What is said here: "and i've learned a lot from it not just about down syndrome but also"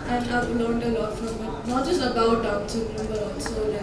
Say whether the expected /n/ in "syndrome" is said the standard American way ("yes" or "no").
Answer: no